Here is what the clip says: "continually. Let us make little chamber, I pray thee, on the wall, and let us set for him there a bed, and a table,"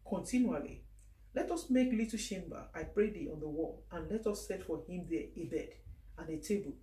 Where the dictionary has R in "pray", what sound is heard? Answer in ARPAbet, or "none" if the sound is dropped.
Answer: R